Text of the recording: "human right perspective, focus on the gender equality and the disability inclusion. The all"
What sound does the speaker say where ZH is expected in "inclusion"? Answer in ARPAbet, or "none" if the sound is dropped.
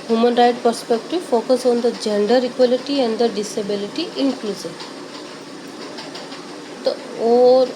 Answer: S